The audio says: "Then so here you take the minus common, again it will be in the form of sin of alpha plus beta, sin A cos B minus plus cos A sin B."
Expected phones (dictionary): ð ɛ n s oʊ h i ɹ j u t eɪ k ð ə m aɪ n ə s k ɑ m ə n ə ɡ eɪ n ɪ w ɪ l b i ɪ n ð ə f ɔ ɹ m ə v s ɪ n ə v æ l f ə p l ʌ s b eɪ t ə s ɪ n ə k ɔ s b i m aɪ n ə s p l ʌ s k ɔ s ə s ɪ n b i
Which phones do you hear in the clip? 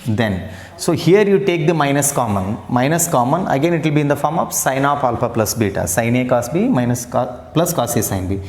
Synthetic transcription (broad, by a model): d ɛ n s oʊ h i ɹ j u t eɪ k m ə m aɪ n ə s k ɑ m ə n ə ɡ eɪ n ɪ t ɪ l b i ɪ n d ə f ɔ ɹ m ə v s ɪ n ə p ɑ l p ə p l ʌ s b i t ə s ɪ n ə k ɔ s b i m aɪ n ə s p l ʌ s k ɔ s ə s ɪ n b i